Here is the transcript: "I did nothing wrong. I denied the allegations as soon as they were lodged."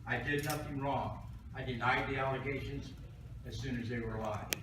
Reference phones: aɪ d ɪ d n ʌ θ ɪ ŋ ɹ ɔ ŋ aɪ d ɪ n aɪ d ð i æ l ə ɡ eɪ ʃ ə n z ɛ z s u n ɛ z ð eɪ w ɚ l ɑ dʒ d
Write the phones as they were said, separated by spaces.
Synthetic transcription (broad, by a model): aɪ d ɪ d n ʌ θ ɪ ŋ ɹ ɔ ŋ aɪ d ɪ n aɪ d ð i æ l ə ɡ eɪ ʃ ə n z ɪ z s u n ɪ z ð eɪ w ɚ l ɑ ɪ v